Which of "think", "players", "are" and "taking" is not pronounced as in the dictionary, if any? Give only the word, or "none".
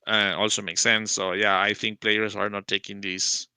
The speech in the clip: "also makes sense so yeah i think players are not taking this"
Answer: players